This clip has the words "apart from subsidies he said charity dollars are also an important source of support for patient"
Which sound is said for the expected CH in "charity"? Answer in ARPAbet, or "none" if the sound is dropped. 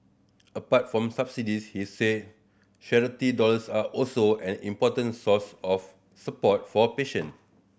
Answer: SH